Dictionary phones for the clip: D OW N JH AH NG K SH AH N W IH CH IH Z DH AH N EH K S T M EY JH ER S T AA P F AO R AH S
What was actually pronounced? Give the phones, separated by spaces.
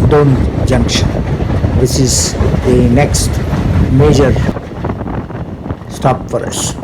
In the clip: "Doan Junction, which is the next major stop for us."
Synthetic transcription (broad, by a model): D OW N JH AH NG K SH AH N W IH S IH Z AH N EH K S T M EY JH ER S T AA P F AO R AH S